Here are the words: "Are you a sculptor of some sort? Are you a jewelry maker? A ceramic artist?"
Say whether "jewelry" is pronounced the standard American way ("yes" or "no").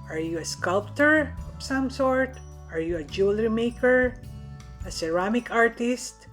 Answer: yes